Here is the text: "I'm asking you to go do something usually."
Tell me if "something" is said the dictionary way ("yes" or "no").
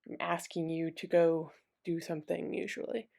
yes